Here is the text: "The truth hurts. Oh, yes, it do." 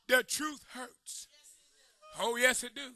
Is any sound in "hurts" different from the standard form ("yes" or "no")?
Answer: no